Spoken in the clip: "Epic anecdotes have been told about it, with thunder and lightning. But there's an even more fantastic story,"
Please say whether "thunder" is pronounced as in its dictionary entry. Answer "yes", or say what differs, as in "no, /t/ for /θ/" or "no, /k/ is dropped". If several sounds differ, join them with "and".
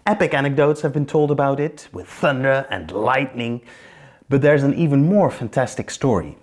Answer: yes